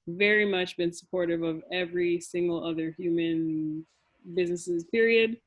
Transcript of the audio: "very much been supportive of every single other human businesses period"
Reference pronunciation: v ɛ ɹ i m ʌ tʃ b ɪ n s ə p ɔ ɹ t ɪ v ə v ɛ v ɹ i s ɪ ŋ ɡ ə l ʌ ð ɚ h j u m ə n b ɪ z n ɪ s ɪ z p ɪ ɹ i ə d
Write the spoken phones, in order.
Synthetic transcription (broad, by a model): v ɛ ɹ i m ʌ tʃ b ɪ n s ə p ɔ ɹ t ɪ v ə v ɛ v ɹ i s ɪ ŋ ɡ l ʌ ð ɚ h j u m ə n b ɪ z n ɪ s ɪ z p ɪ ɹ i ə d